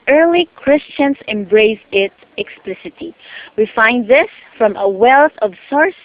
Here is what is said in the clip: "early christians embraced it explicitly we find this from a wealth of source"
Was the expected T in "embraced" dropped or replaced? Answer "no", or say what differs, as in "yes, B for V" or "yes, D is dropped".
yes, T is dropped